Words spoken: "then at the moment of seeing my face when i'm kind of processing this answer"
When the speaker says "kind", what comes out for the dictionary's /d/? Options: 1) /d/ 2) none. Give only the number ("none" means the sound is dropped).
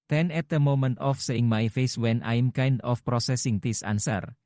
1